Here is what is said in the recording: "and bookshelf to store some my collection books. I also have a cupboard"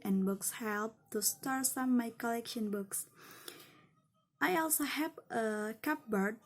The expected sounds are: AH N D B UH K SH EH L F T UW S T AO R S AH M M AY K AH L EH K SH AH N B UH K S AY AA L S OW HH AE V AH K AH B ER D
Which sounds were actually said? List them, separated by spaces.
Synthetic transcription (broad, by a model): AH N B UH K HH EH L P T UW S T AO R S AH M M AY K AH L EH K SH AH N B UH K S AY AA L S OW HH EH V AH K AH B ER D